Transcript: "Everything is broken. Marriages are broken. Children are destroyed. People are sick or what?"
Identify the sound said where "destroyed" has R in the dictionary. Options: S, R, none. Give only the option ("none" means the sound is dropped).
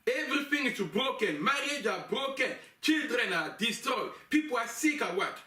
none